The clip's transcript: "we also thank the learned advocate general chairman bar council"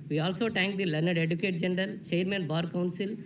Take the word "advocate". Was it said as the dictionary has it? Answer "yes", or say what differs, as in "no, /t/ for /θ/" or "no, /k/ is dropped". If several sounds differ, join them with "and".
no, /v/ is dropped